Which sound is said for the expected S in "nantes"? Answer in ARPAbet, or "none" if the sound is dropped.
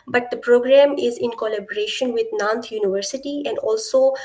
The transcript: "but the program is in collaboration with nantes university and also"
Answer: none